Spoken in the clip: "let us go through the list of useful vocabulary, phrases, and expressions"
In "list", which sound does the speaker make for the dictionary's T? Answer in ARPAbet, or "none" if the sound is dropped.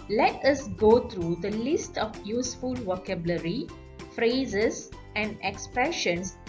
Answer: T